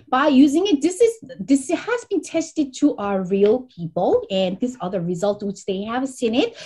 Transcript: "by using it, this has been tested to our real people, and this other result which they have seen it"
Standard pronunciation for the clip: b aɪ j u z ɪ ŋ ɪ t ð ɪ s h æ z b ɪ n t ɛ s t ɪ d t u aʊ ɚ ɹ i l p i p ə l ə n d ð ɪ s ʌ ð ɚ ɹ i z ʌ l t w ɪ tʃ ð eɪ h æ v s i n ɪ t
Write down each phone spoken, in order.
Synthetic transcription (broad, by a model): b aɪ j u z ɪ ŋ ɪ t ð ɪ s h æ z b ɪ n t ɛ s t ɪ d t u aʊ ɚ ɹ i l p i p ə l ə n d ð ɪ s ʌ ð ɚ ɹ i z ʌ l t w ɪ tʃ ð eɪ h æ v s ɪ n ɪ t